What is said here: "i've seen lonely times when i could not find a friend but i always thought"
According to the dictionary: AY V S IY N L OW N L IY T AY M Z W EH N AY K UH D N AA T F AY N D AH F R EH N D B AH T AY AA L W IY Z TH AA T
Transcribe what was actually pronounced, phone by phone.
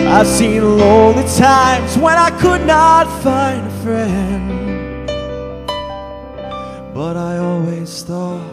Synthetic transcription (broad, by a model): AY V S IY N L OW L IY T AY M Z W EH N AY K UH D N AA T F AY N D AH F R EH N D B AH T AY AA L W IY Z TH AA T